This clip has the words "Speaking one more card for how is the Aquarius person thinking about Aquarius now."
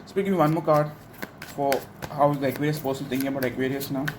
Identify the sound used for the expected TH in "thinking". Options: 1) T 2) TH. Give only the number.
1